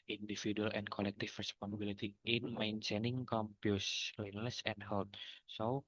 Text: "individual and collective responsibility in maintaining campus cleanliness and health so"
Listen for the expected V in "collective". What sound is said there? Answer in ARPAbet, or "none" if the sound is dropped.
F